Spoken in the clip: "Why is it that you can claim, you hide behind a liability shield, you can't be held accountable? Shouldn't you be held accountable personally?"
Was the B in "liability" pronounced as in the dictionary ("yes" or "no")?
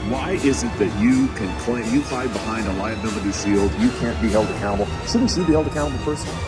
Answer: no